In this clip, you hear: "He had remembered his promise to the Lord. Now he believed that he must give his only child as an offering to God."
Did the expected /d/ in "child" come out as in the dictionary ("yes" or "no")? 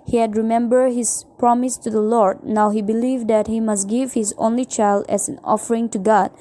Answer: yes